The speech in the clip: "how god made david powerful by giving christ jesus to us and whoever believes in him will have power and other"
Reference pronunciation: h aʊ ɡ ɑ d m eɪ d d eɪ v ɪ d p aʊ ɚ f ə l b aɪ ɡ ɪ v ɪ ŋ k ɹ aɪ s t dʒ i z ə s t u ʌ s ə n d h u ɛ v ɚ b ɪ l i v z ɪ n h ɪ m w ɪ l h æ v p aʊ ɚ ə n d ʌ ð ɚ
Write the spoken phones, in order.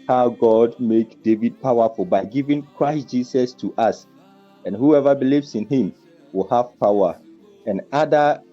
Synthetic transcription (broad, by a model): h aʊ ɡ ɑ d m eɪ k d eɪ v ɪ d p aʊ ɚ f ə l b aɪ ɡ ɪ v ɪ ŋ k ɹ aɪ s t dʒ i s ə s t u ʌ s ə n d h u ɛ v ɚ b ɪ l i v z ɪ n h ɪ m w ɪ l h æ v p aʊ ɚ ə n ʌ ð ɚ